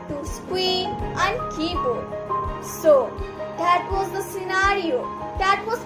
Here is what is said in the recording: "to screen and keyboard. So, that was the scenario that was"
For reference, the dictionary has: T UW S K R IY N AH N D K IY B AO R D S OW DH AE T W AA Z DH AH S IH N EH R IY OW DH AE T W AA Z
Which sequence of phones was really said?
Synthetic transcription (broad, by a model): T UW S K W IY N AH N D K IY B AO S OW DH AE T W AA Z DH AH S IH N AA R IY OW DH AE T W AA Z